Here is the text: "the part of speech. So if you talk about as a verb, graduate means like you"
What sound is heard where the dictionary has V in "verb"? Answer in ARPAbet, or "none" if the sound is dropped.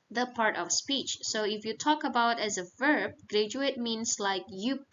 V